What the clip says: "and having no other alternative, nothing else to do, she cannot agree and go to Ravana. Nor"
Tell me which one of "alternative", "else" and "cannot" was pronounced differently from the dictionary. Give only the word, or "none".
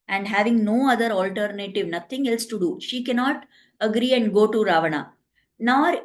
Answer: none